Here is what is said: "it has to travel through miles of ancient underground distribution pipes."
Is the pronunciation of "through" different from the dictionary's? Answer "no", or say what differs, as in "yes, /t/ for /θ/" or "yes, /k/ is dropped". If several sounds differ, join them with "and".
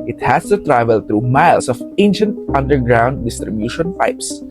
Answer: yes, /t/ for /θ/